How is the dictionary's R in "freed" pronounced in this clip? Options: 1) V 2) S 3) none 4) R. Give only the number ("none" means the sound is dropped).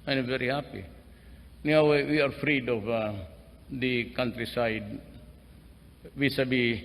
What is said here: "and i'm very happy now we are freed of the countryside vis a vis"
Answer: 4